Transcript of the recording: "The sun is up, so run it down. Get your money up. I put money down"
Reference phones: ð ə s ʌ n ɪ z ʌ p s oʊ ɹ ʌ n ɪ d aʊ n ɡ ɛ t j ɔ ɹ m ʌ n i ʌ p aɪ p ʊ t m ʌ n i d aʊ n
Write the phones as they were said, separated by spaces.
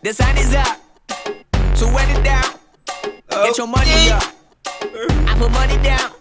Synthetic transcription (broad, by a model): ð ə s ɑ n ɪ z ʌ p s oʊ w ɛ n ɪ d aʊ n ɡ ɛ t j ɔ m ʌ n i ʌ p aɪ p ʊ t m ʌ n i d aʊ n